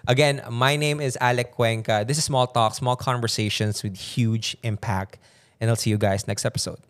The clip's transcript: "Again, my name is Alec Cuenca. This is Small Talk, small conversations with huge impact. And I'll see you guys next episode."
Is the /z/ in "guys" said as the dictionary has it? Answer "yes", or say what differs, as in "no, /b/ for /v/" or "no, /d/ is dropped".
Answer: no, /s/ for /z/